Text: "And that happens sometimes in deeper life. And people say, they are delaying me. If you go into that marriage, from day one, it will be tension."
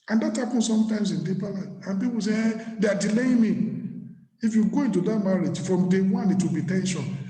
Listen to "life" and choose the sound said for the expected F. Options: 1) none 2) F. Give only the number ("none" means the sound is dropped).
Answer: 1